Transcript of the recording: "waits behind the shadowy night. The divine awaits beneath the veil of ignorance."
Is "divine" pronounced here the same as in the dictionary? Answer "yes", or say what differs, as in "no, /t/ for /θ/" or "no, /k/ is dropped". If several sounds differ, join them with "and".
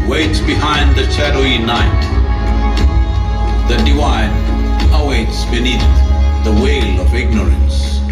no, /w/ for /v/